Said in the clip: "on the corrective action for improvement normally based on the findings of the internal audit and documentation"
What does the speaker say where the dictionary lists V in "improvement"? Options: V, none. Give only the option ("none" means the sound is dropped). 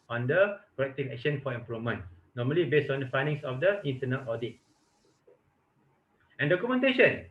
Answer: none